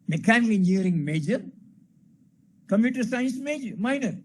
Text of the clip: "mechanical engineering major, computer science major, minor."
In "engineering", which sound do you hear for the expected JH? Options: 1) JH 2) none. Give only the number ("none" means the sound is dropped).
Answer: 2